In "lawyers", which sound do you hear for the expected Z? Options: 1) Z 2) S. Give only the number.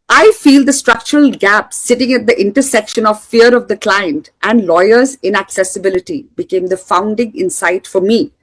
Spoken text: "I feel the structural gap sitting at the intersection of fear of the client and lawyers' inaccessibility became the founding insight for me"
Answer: 1